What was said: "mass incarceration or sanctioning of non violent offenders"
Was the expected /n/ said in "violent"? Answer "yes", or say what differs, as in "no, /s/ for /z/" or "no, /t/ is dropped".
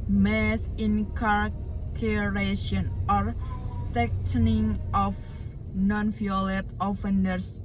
no, /n/ is dropped